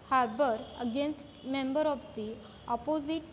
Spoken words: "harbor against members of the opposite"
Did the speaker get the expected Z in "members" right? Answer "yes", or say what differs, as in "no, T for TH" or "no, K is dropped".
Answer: no, Z is dropped